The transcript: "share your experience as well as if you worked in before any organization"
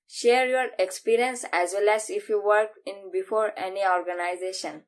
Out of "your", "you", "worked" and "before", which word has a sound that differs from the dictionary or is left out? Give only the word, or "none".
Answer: worked